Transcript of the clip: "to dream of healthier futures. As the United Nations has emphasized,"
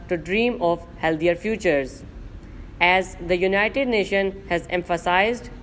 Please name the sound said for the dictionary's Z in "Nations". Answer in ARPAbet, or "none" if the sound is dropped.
none